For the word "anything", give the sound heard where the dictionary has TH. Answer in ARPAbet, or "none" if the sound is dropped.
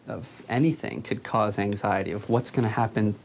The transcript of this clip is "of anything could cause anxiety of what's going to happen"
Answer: TH